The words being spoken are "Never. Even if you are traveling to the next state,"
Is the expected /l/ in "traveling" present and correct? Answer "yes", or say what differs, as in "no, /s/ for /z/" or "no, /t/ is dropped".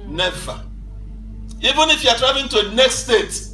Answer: no, /l/ is dropped